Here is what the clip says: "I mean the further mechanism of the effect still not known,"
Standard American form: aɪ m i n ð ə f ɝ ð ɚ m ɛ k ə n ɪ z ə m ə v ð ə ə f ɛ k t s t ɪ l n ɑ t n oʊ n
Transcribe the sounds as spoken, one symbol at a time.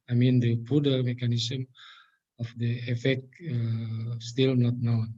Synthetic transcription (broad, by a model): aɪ m i n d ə p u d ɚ m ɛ k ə n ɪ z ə m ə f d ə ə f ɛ k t s t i l n ɑ t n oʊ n